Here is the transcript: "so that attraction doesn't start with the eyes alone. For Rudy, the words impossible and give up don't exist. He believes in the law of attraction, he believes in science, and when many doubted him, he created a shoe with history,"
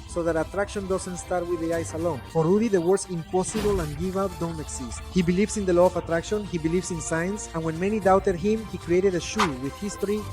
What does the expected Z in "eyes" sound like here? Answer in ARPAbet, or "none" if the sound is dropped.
S